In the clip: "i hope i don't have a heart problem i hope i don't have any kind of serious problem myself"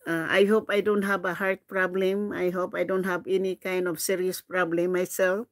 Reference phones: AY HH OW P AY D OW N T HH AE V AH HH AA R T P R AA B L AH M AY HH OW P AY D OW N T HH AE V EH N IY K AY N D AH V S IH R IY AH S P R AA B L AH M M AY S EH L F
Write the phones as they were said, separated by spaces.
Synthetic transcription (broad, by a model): AY HH OW P AY D OW N T HH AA B AH HH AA R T P R AA B L AH M AY HH OW P AY D OW N T HH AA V EH N IY K AY N D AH P S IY R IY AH S P R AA B L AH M M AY S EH L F